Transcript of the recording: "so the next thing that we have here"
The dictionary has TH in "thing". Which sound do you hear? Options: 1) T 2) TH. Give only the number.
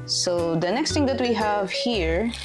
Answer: 1